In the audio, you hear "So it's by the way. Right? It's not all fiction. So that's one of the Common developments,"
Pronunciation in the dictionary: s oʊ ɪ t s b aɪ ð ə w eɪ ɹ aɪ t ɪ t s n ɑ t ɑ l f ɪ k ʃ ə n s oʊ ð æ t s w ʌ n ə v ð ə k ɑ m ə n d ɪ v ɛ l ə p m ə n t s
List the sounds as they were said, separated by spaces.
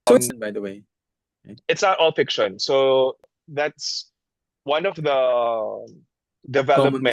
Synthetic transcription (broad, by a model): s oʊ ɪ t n b aɪ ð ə w eɪ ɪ ɪ t s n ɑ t ɑ l f ɪ k ʃ ə n s oʊ ð æ t s w ʌ n ə v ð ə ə d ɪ v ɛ l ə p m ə